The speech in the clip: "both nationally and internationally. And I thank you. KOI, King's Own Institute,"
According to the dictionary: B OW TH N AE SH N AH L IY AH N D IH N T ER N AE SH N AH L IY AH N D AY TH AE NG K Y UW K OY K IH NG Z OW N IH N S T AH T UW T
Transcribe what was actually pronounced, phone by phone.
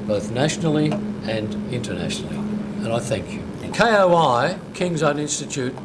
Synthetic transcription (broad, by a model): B OW TH N AE SH N L IY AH N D IH N T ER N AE SH N L IY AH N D AY TH AE NG K Y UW K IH K IH NG Z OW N IH N S T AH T UW T